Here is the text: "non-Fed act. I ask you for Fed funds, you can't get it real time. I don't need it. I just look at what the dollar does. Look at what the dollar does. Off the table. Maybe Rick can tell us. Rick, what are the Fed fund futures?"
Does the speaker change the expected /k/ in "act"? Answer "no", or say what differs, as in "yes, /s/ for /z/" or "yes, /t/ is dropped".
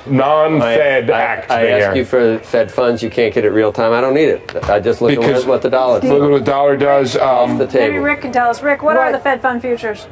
no